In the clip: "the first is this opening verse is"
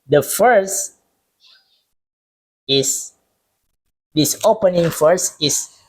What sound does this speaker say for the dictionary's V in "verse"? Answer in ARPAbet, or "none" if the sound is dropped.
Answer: F